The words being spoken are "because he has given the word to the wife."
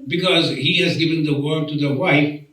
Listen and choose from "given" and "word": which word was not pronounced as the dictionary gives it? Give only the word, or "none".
none